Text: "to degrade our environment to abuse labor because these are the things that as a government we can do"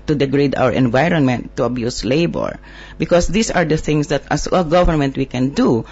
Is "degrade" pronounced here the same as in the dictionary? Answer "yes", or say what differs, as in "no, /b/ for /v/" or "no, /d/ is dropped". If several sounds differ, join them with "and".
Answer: yes